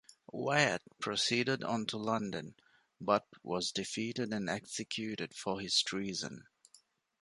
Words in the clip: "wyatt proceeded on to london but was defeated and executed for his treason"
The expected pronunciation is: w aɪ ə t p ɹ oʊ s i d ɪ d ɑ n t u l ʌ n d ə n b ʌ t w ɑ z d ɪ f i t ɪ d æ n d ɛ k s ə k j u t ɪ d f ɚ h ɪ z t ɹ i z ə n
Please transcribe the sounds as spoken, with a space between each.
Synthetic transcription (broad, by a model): w aɪ ə t p ɹ oʊ s i d ɪ d ɑ n t u l ʌ n d ə n b ʌ t w ɑ z d ɪ f i t ɪ d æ n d ɛ k s ə k j u t ɪ d f ɚ h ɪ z t ɹ i z ə n